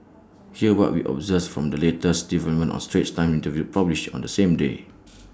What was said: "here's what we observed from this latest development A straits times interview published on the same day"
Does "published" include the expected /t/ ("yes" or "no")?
no